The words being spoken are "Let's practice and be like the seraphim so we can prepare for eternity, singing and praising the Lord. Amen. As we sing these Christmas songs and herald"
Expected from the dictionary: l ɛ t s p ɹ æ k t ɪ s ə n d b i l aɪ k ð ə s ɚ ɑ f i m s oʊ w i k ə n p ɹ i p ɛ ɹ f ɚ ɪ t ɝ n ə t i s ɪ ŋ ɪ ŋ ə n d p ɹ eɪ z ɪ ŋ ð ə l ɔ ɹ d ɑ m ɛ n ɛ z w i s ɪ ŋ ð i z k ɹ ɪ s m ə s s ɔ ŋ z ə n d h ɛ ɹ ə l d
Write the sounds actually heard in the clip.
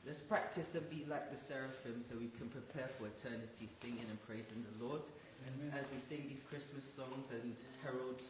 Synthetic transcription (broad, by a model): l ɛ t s p ɹ æ k t ɪ s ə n b i l aɪ k ð ə s ɚ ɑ f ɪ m s oʊ w i k ə n p ɹ i p ɛ ɹ f ɚ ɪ t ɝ n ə t i s ɪ ŋ ɪ ŋ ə n p ɹ eɪ z ɪ ŋ ð ə l ɔ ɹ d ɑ z w i s ɪ ŋ ð i z k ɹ ɪ s m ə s s ɔ ŋ z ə n h ɛ ɹ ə l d